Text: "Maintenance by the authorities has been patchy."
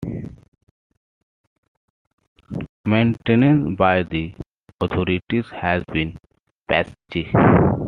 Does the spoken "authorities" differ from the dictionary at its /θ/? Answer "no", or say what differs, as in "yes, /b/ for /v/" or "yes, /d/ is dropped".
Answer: yes, /t/ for /θ/